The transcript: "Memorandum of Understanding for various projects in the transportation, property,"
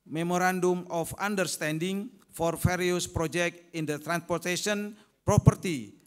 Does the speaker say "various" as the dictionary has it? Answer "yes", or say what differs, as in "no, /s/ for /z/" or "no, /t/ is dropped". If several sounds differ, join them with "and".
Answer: no, /f/ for /v/